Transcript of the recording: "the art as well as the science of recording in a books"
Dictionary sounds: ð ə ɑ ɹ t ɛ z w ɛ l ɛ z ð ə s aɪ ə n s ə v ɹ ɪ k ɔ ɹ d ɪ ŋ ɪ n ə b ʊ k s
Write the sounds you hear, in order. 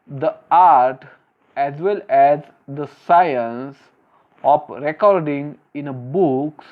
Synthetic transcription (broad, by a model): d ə ɑ ɹ t ɛ z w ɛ l ɛ z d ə s aɪ ə n s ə p ɹ ɪ k ɔ ɹ d ɪ ŋ ɪ n ə b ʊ k s